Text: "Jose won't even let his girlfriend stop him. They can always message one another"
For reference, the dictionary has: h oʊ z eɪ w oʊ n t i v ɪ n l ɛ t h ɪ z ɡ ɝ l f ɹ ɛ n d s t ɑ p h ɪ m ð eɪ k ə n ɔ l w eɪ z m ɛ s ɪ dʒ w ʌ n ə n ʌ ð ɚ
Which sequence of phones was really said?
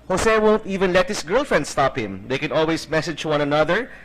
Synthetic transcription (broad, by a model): h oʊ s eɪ w oʊ n t i v ɪ n l ɛ t h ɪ s ɡ ɝ l f ɹ ɛ n d s t ɑ p h ɪ m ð eɪ k ə n ɔ l w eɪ s m ɛ s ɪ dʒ w ʌ n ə n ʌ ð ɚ